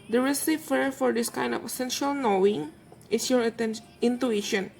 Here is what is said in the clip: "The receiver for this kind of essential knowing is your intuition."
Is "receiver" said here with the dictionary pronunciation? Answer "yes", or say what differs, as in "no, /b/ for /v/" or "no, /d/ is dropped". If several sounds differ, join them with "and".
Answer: no, /f/ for /v/